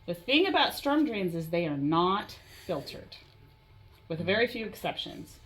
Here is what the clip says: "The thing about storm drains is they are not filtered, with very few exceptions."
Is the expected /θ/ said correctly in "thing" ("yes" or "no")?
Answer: yes